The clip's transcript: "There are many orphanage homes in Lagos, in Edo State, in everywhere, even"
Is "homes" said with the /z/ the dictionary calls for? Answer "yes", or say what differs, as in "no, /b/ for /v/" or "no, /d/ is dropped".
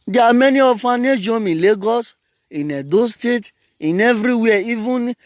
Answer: no, /z/ is dropped